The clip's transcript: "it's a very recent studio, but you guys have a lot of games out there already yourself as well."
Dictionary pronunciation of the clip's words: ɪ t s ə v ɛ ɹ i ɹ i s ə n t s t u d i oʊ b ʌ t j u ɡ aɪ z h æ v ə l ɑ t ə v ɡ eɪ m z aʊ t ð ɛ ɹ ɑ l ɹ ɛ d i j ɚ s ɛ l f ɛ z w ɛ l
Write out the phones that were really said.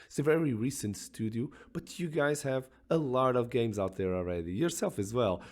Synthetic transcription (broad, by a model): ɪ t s ə v ɛ ɹ i ɹ i s ə n t s t u d i oʊ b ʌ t j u ɡ aɪ z h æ v ə l ɑ t ə v ɡ eɪ m z aʊ t ð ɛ ɹ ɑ l ɹ ɛ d i j ɚ s ɛ l f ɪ z w ɛ l